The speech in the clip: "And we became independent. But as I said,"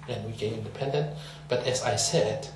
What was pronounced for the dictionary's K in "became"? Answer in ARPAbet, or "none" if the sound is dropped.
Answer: none